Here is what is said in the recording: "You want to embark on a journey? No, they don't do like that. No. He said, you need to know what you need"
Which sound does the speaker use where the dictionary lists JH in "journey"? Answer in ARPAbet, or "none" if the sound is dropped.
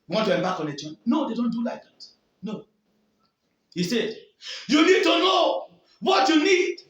CH